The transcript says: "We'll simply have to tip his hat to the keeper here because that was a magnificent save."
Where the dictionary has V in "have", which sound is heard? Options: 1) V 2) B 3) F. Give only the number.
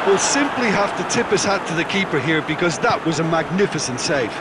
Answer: 3